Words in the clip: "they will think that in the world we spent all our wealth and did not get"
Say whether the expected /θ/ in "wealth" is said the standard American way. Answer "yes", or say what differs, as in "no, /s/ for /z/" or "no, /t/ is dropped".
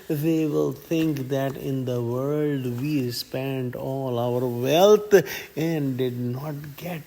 no, /t/ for /θ/